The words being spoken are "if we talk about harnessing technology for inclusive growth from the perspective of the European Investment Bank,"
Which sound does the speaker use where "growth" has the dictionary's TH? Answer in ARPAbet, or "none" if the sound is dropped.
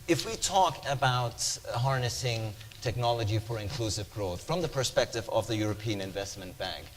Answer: TH